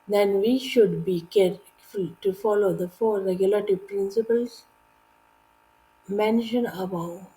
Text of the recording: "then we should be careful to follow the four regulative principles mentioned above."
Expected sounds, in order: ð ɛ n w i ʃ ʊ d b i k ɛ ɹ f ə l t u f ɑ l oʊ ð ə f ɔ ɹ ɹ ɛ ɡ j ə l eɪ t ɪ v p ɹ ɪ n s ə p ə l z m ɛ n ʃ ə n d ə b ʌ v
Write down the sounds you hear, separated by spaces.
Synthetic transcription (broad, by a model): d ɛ n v i ʃ ʊ d b i k ɛ ɹ f ə l t u f ɑ l oʊ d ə f ɔ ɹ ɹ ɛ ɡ j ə l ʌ t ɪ p ɹ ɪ n s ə p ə l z m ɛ n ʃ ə n ə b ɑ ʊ